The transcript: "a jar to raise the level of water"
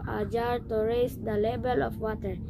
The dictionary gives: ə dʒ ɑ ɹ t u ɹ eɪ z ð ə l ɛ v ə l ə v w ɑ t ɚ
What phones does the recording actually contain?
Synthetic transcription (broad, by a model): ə dʒ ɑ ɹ t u ɹ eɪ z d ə l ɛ b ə l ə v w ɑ t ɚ